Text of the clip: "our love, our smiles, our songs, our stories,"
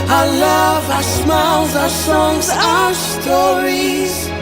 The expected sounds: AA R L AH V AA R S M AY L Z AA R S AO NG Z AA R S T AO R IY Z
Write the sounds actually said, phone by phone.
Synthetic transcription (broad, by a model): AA L AH V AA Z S M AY Z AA S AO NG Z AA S T AO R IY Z